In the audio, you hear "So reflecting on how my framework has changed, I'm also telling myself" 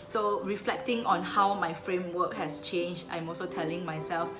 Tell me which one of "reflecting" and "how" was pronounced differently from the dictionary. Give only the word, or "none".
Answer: none